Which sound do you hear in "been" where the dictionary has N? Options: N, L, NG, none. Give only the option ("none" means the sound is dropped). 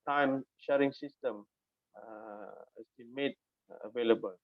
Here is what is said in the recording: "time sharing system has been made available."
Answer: L